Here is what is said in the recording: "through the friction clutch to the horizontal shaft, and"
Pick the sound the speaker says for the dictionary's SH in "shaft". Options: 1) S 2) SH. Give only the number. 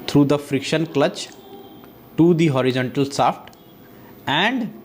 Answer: 1